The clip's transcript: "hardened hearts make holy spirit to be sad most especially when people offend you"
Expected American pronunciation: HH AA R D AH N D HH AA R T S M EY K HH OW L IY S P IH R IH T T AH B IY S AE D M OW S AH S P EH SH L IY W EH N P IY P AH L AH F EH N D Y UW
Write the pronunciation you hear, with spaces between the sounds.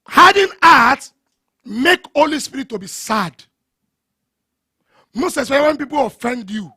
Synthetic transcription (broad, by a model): HH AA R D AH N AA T M EY K HH OW L IY S P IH R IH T T AH B IY S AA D M OW S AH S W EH W EH N P IY P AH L AH F EH N D Y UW